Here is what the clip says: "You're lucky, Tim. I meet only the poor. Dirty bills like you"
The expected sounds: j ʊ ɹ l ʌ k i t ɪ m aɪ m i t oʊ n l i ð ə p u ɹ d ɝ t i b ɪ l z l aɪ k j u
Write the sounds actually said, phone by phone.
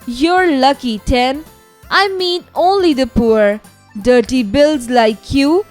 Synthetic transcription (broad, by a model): j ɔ ɹ l ʌ k i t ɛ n aɪ m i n oʊ n l i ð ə p u ɹ d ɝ t i b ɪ l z l aɪ k j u